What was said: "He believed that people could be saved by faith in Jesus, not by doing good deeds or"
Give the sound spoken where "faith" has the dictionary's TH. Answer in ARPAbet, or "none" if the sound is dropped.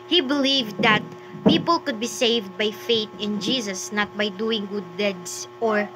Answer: T